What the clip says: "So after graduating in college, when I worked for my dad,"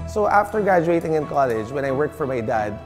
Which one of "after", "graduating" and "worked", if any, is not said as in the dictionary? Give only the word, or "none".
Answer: none